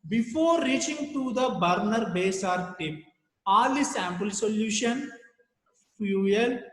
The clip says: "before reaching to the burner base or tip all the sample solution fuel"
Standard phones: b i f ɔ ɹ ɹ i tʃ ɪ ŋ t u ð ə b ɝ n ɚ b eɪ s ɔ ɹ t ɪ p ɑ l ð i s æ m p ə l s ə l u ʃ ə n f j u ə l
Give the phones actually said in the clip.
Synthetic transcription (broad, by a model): b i f ɔ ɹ ɹ i tʃ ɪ ŋ t u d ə b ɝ n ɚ b eɪ s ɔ ɹ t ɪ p ɑ l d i s æ m p ə l s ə l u ʃ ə n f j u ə l